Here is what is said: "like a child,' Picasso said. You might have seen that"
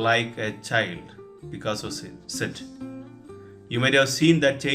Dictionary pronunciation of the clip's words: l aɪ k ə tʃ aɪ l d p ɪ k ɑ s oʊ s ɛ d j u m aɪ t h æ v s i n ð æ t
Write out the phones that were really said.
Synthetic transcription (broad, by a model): l aɪ k ə tʃ aɪ l d b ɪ k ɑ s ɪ s ɛ d j u m aɪ t h æ v s i n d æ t